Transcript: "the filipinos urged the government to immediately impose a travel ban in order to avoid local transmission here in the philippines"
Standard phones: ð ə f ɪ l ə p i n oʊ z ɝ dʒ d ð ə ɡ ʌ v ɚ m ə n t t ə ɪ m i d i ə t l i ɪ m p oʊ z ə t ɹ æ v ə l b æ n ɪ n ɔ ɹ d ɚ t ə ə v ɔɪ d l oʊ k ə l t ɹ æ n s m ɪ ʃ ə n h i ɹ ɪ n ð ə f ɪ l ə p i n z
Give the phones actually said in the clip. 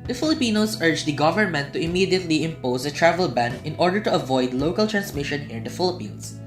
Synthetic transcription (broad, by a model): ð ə f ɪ l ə p i n oʊ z ɝ dʒ d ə ɡ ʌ v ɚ m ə n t t ə ɪ m i d i ə t l i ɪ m p oʊ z ə t ɹ æ v ə l b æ n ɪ n ɔ ɹ d ɚ t ə ə v ɔɪ d l oʊ k ə l t ɹ æ n s m ɪ ʃ ə n h i ɹ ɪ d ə f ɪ l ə p i n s